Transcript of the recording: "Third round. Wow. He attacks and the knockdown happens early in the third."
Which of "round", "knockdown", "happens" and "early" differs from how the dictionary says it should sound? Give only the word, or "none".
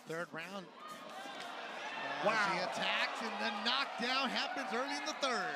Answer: none